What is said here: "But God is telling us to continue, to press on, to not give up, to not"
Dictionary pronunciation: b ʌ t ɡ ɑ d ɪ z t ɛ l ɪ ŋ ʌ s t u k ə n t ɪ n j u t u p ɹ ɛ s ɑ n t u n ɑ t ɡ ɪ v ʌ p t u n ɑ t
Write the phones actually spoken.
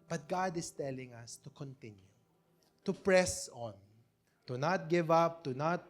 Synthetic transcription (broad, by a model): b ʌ t ɡ ɑ d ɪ s t ɛ l ɪ ŋ ʌ s t u k ə n t ɪ n j u t u p ɹ ɛ s ɑ n t u n ɑ t ɡ ɪ v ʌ p t u n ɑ t